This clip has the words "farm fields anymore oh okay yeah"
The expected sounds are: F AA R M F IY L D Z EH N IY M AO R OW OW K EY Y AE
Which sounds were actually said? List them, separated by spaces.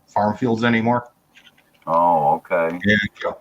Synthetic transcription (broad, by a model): F AA R M F IY L D Z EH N IY M AO R OW OW K EY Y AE